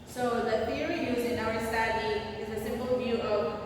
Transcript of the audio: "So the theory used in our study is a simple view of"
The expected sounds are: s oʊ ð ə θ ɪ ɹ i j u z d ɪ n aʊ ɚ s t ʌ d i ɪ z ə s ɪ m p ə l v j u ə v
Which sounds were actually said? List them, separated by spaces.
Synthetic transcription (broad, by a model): s oʊ ð ə θ ɪ ɹ i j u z ɪ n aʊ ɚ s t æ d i ɪ z ə s ɪ m p l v j u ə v